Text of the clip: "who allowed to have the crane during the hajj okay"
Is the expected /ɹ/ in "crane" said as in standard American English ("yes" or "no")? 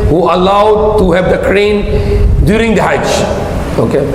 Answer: yes